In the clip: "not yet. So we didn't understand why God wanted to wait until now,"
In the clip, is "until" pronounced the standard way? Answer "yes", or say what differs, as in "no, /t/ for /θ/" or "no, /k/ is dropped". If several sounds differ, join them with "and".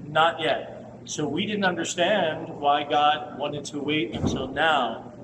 no, /s/ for /t/